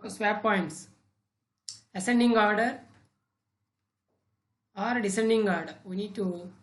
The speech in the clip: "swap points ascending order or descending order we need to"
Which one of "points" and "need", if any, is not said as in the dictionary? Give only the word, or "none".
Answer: none